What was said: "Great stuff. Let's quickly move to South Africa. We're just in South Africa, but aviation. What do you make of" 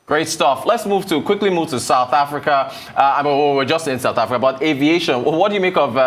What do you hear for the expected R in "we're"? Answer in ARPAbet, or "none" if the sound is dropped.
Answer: W